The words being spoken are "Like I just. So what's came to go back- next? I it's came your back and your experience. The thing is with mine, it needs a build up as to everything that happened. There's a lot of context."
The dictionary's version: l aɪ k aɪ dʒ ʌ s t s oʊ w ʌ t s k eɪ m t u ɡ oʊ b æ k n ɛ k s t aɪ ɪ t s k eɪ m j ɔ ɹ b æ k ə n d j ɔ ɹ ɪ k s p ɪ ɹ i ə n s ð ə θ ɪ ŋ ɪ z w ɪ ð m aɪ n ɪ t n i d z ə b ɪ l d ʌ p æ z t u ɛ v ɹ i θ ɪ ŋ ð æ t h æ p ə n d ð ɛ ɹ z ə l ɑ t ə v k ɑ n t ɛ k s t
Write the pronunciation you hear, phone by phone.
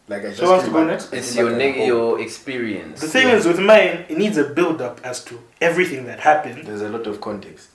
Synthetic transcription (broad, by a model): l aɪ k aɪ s s oʊ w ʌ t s t u ɡ oʊ n ɛ k s t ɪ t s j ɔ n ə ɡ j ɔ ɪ k s p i ɹ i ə n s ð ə s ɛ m ɪ z w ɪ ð m aɪ n ɪ t n i d z ə b ɪ l d ʌ p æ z t u ɛ v ɹ i θ ɪ ŋ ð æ t h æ p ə n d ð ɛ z ə l ɑ t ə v k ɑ n t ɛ k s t